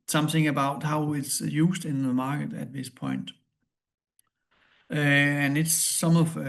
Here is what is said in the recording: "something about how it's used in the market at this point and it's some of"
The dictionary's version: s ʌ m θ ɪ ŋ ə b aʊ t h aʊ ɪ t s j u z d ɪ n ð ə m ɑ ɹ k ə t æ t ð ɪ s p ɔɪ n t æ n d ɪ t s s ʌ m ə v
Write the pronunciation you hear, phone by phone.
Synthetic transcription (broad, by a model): s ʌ m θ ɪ ŋ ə b aʊ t h aʊ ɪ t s j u s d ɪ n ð m ɑ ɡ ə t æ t ð ɪ s p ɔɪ n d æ n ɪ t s s ʌ m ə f